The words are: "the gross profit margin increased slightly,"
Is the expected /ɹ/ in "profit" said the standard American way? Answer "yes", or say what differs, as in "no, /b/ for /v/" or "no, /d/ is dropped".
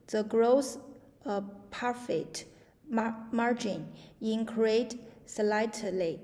no, /ɹ/ is dropped